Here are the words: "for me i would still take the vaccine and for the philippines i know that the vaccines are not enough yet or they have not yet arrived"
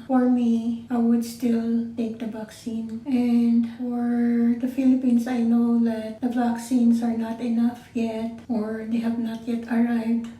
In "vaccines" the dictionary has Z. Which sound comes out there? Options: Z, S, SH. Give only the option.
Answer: S